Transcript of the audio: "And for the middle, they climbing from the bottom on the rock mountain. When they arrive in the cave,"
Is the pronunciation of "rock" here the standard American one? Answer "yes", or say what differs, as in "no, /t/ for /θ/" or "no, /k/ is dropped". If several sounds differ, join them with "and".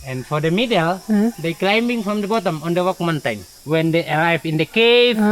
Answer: no, /w/ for /ɹ/